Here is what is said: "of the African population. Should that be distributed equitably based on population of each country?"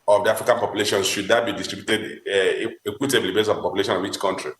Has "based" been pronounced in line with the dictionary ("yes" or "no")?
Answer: no